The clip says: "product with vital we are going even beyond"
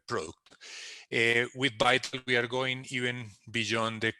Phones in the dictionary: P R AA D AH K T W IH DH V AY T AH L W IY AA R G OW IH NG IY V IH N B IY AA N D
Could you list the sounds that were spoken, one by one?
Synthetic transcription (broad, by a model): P R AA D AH K T W IH DH B AY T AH L W IY AA R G OW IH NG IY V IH N B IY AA N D